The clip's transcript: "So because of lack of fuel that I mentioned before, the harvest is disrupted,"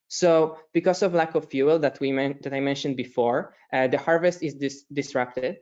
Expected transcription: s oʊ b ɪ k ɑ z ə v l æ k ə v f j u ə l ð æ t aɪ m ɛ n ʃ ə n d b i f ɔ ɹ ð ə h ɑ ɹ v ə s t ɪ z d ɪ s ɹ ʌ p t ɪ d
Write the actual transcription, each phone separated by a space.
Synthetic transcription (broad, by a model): s oʊ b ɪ k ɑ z ə v l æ k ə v f j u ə l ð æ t aɪ m ɛ n ʃ ə n d b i f ɔ ɹ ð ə h ɑ ɹ v ə s t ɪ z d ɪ s ɹ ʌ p t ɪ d